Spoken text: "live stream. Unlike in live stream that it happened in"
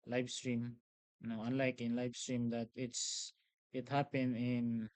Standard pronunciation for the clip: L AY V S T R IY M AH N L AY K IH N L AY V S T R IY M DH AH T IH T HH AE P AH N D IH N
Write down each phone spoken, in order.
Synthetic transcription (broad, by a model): L AY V S T R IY M AH N L AY K IH N L AY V S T R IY M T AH T IH T HH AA P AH N IH N